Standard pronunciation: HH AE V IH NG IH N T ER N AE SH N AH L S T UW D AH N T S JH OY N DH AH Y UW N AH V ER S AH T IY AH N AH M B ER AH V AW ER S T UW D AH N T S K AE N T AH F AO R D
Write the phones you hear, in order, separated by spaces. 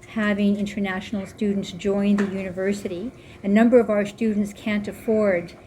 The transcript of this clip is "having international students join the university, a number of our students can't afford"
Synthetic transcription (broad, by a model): HH AE V IH NG IH N T ER N AE SH N L S T UW D N T S JH OY N DH AH Y UW N AH V ER S AH T IY AH N AH M B ER AH V AW ER S T UW D N T S K AE N T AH F AO R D